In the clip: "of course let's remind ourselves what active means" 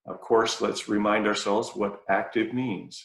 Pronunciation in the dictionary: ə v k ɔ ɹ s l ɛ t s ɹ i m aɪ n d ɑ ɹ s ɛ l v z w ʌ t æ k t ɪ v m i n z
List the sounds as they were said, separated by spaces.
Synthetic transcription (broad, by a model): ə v k ɔ ɹ s l ɛ t s ɹ i m aɪ n d ɑ ɹ s ɛ l v z w ʌ t æ k t ɪ v m i n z